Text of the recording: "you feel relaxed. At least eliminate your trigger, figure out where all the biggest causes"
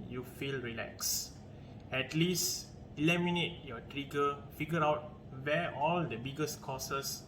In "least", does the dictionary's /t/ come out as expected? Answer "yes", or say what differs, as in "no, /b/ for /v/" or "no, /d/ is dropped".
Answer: yes